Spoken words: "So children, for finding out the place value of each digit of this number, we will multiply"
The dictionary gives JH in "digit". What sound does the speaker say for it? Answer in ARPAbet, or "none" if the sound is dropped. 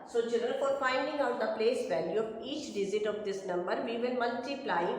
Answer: Z